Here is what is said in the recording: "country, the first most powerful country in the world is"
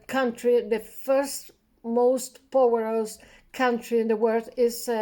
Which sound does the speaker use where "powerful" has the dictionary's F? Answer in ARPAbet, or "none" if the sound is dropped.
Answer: none